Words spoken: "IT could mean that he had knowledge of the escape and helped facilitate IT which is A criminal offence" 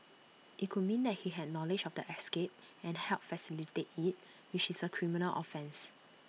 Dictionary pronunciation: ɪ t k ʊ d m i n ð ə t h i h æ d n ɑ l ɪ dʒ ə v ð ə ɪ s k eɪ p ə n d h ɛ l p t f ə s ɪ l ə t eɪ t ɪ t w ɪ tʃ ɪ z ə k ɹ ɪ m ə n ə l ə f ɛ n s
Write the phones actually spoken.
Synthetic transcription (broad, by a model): ɪ t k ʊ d m i n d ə t h i h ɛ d n ɑ l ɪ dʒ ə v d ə ɪ s k eɪ p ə n h ɛ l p f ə s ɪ l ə t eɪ t ɪ t w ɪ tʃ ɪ s ə k ɹ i m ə n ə l ə f ɛ n s